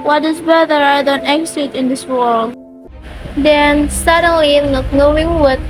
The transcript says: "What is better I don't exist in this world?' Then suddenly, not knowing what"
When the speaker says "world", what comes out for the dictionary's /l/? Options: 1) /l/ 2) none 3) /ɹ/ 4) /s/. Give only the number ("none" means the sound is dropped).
1